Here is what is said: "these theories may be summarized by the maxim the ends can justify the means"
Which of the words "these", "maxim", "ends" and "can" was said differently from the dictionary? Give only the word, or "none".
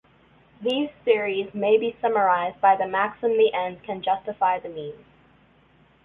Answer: ends